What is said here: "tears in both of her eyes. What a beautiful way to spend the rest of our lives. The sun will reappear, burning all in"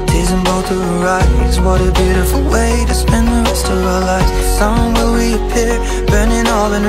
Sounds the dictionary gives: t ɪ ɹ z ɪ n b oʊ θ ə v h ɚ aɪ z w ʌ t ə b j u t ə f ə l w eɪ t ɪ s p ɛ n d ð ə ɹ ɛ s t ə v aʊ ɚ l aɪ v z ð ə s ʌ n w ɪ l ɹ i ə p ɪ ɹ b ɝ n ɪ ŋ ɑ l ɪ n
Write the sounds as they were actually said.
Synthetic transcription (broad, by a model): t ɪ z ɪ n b oʊ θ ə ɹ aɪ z w ʌ t ə b j u t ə f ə l w eɪ t ɪ s p ɛ n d ð ə ɹ ɛ s t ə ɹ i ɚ l aɪ z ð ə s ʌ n w ɪ l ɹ i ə p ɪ ɹ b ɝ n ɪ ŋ ɑ l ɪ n